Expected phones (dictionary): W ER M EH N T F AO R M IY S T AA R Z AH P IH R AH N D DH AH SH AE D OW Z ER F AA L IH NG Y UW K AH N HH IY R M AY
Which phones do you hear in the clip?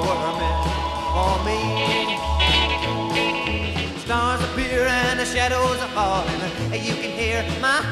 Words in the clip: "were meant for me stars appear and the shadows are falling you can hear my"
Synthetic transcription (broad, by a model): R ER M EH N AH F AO L M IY S T AA R Z AH P IH R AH N DH AH SH AE D OW Z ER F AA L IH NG Y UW K AH N HH IY R M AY